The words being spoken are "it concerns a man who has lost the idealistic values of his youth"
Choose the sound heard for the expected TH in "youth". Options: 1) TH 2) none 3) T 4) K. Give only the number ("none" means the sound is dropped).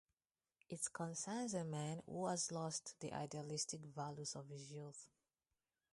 1